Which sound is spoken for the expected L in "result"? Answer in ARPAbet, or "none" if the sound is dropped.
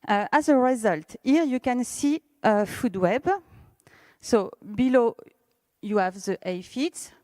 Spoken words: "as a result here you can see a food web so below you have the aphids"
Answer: L